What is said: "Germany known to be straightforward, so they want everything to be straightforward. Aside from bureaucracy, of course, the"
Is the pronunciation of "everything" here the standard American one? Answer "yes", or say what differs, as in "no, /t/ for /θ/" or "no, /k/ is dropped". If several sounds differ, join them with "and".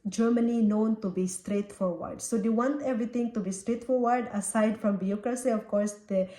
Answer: no, /t/ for /θ/